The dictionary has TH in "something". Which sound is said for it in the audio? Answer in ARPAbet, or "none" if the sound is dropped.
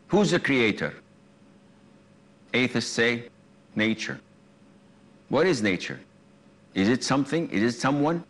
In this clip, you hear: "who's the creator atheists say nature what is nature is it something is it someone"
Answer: TH